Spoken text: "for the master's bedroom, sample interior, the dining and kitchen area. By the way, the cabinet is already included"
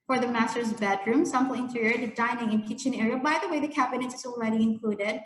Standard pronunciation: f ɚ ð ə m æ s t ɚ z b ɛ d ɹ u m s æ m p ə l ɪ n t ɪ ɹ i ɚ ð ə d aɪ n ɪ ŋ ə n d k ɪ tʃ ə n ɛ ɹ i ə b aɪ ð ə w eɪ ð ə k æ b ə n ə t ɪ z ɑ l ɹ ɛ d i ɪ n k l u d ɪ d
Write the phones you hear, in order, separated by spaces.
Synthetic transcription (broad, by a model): f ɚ ð ə m æ s t ɚ z b ɛ d ɹ u m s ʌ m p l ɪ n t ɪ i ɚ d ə d aɪ n ɪ ŋ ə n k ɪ tʃ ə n ɛ ɹ i ə b aɪ ð ə w eɪ ð ə k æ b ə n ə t ɪ z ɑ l ɹ ɛ d i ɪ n k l u d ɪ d